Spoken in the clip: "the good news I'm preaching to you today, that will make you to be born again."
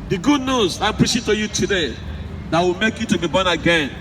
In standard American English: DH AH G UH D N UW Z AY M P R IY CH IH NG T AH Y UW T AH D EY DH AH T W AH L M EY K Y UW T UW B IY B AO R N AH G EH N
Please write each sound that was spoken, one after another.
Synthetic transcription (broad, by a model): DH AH G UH D N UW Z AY P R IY SH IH T AH Y UW T AH D EY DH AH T W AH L M EY K Y UW T UW B IY B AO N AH G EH N